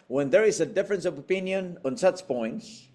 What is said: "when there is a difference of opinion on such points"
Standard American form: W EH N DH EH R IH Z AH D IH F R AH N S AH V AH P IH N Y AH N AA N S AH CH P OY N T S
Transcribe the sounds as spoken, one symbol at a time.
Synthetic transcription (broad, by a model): W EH N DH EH R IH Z AH D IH F R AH N S AH V AH P IH N Y AH N AA N S AH CH P OY N T S